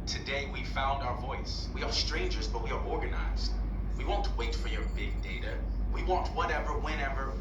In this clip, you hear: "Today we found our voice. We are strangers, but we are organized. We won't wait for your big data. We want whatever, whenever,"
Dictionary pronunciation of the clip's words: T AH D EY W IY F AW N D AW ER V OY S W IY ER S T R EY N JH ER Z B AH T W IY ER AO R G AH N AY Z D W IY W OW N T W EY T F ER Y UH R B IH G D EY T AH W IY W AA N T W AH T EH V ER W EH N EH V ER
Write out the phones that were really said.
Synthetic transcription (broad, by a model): T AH D EY W IY F AW N D AW ER V OY S W IY ER S T R EY N JH ER Z B AH T W IY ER AO R G AH N AY Z D W IY W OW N T W EY T F ER Y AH R B IH G D EY T AH W IY W AA N T W AH T EH V ER W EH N EH V ER